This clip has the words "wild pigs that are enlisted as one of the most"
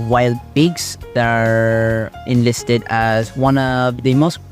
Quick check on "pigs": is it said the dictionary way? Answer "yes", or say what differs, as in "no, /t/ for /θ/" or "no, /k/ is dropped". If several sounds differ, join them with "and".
no, /b/ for /p/